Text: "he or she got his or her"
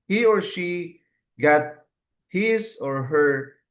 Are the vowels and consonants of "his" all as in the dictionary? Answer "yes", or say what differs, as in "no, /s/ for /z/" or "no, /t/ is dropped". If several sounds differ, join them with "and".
no, /s/ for /z/